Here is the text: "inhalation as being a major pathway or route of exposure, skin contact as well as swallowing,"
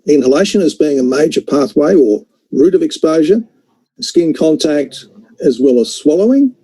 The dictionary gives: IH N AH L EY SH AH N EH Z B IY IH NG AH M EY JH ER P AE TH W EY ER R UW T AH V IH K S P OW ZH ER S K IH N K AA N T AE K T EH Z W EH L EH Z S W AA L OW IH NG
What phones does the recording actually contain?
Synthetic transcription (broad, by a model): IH N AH L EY SH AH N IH Z B IY IH NG AH M EY JH ER P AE TH W EY ER R UW T AH V IH K S P OW ZH ER S K IH N K AA N T AE K T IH Z W EH L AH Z S W AA L OW IH NG